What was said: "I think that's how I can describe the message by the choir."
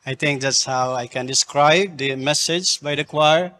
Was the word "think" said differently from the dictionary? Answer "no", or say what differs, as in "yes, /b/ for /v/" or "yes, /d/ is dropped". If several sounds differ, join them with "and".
yes, /t/ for /θ/